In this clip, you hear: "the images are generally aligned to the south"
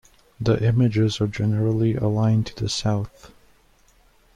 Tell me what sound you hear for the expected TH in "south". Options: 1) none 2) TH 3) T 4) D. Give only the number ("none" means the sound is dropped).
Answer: 2